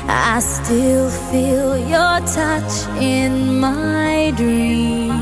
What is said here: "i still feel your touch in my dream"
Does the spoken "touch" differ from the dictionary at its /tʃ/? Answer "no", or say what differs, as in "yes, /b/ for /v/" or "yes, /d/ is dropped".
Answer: no